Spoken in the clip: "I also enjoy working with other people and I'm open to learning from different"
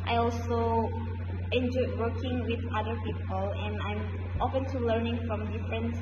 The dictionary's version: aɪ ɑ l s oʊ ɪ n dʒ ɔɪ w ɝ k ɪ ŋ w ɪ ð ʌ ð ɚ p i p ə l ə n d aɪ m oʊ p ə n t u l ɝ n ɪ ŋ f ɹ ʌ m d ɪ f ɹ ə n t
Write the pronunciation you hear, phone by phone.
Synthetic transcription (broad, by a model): aɪ ɑ l s oʊ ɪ n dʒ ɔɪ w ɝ k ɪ ŋ w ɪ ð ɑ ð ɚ p i p ə l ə n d aɪ m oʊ f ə n t u l ɝ n ɪ ŋ f ɹ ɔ m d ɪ f ɹ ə n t